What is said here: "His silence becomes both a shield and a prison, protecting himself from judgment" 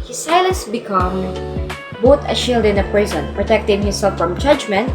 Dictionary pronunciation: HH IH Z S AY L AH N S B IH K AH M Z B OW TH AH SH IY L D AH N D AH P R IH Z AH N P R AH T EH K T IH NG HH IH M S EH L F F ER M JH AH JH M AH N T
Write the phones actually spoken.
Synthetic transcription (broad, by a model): HH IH S AY L AH N S B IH K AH M B OW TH AH SH IY L D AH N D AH P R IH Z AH N P R AH T EH K T IH NG HH IH M S EH L F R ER M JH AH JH M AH N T